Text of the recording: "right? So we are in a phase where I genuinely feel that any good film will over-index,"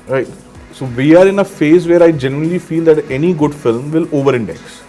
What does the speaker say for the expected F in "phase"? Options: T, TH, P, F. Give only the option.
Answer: F